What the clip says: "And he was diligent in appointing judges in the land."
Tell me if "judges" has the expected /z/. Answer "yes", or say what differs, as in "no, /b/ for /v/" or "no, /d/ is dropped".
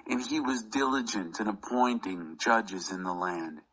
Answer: yes